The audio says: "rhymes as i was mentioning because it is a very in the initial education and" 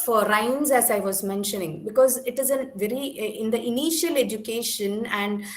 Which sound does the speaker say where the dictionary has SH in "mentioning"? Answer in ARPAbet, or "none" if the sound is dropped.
SH